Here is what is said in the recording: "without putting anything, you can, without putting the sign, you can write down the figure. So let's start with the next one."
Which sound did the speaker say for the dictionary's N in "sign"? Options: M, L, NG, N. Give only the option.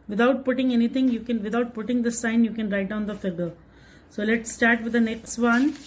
N